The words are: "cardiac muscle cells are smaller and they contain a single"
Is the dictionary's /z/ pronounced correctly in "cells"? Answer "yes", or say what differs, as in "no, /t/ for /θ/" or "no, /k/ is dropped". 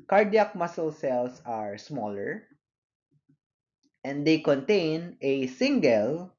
no, /s/ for /z/